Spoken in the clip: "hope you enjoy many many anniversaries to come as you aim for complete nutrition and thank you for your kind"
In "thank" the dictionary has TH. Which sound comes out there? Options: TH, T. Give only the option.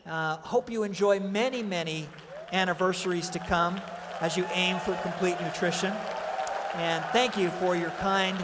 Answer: TH